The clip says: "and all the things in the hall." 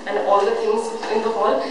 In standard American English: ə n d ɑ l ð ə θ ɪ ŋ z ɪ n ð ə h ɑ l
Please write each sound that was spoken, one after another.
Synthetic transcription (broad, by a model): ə n d ɑ l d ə t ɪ ŋ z ɪ n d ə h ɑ l